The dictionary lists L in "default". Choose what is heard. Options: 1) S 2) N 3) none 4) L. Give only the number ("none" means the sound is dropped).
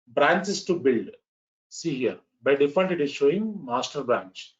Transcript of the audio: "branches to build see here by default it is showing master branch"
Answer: 2